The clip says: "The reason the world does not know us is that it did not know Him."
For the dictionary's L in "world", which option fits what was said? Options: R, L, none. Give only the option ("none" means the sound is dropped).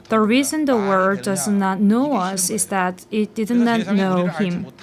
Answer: none